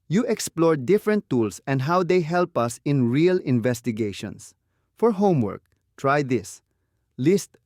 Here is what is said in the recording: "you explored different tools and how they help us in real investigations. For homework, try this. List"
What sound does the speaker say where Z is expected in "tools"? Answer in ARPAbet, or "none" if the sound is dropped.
S